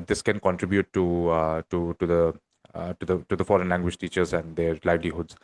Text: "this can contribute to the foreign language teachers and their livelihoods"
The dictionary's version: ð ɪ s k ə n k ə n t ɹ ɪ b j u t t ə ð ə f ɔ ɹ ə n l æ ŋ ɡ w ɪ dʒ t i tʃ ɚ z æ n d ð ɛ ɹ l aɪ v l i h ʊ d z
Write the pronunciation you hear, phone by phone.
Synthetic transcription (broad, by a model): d ɪ s k ə n k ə n t ɹ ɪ b j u t t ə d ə f ɔ ɹ ə n l æ ŋ ɡ w ɪ dʒ t i tʃ ɚ z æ n d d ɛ ɹ l aɪ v l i h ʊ d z